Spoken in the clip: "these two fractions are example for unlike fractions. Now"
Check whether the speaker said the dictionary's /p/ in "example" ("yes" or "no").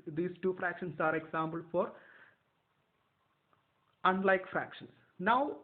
no